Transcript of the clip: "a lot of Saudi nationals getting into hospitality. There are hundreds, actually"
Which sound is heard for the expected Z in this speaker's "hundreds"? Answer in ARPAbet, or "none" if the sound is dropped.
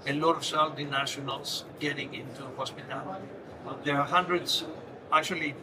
S